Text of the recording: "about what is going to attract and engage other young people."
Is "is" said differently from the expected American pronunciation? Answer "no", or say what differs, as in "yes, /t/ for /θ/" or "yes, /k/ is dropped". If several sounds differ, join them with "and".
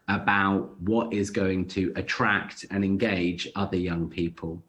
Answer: no